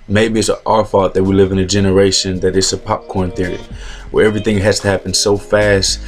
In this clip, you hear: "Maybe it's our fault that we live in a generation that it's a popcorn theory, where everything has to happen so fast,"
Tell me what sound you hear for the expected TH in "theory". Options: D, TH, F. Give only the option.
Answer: TH